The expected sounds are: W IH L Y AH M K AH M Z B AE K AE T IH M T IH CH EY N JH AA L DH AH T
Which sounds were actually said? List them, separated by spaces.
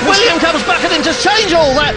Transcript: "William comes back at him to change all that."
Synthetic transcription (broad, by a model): W IH L Y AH M K AH M Z B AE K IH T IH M T IH CH EY N JH AA L DH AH T